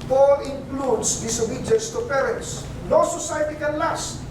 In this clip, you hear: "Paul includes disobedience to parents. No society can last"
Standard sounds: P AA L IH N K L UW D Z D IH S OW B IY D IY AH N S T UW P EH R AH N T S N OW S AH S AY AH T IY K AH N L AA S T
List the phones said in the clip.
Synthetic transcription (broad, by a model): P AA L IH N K L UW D S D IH S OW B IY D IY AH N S T UW P EH R AH N T S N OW S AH S AY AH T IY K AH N L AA S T